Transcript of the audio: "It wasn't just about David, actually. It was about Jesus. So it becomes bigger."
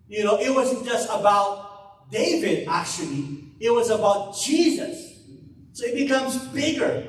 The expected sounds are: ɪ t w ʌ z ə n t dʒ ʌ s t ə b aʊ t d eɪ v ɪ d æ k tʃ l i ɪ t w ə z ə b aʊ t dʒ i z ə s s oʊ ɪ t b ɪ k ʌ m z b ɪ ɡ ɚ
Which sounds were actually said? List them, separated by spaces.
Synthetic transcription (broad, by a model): ɪ t w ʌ z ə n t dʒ ʌ s t ə b aʊ t d eɪ v ɪ d æ k tʃ l i ɪ t w ə z ə b aʊ t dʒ i z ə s s oʊ ɪ t b ɪ k ʌ m z b ɪ ɡ ɚ